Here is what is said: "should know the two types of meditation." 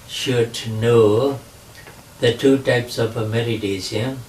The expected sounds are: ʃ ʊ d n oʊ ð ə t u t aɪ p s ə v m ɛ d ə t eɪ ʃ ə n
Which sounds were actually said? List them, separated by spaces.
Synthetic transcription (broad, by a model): ʃ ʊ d n oʊ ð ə t u t aɪ p s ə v m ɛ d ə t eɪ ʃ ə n